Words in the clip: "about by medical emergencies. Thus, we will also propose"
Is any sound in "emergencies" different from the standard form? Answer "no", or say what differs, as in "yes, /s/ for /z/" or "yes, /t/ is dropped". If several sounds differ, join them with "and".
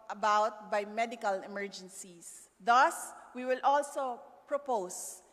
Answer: yes, /s/ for /z/